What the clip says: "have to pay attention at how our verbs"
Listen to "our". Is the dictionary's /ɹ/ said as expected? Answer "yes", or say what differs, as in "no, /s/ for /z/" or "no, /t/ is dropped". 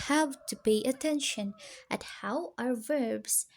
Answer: yes